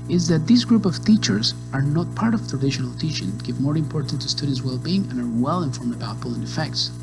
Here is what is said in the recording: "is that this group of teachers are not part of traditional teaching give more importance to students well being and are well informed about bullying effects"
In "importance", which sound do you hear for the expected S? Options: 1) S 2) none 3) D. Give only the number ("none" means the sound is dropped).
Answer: 2